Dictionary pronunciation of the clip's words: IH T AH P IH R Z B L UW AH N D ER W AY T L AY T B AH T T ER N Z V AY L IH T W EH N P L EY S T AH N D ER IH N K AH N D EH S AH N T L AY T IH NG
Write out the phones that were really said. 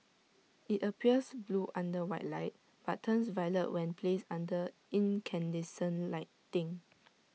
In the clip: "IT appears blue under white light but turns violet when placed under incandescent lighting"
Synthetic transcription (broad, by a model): IH T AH P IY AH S B L UW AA N D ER W AY T L AY T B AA T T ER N S V AY L IH T W EH N P L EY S AA N D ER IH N K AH N D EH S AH N L AY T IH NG